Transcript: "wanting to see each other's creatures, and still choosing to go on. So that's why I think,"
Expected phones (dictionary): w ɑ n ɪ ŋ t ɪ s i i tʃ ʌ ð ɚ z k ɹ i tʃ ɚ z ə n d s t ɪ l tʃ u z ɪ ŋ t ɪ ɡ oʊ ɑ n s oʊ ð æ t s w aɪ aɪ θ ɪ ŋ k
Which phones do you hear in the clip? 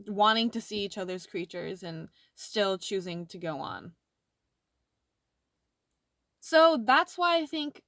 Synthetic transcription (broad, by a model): w ɑ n ɪ ŋ t ɪ s i i tʃ ʌ ð ɚ z k ɹ i tʃ ɚ z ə n s t ɪ l tʃ u z ɪ ŋ t ɪ ɡ oʊ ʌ n s oʊ ð æ t s w aɪ aɪ θ ɪ ŋ k